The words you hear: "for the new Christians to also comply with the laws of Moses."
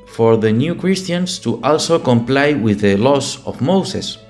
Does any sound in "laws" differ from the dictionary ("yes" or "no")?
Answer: yes